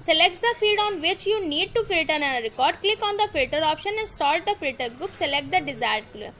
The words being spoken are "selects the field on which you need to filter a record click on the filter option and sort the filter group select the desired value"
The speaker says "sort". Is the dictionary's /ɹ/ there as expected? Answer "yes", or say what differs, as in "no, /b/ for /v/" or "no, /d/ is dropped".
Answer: no, /l/ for /ɹ/